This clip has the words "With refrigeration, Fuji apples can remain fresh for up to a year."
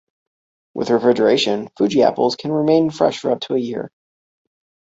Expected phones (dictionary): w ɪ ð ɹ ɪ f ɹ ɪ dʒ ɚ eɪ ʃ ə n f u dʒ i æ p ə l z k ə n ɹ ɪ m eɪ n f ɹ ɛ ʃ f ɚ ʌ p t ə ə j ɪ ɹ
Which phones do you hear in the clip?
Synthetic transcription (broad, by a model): w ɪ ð ɹ ɪ f ɹ ɪ dʒ ɚ eɪ ʃ ə n f u dʒ i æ p l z k ə n ɹ ɪ m eɪ n f ɹ ɛ ʃ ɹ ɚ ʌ b t ə ə j ɪ ɹ